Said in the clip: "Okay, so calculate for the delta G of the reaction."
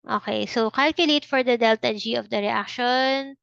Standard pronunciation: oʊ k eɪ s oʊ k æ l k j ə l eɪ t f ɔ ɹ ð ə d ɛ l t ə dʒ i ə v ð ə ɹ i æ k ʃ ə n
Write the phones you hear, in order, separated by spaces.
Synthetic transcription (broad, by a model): oʊ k eɪ s oʊ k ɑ l k j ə l eɪ t f ɔ ɹ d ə d ɛ l t ə dʒ i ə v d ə ɹ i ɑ k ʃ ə n